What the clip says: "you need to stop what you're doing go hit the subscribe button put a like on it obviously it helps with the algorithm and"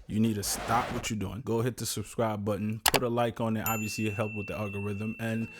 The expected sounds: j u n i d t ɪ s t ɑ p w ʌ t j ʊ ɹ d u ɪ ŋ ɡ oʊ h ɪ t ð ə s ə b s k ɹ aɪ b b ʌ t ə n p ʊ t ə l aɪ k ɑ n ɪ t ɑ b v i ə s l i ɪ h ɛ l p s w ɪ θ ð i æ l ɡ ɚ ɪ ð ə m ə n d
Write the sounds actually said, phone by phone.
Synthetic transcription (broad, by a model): j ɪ n i d t ɪ s t ɑ p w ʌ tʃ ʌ ɹ d u ɪ ŋ ɡ oʊ h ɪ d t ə s ə b s k ɹ aɪ b b ʌ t n p ʊ t ə l aɪ k n ɪ t ɑ b v i ə s l i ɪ h ɛ l p w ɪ ð i æ l ɡ ɚ ɪ ð ə m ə n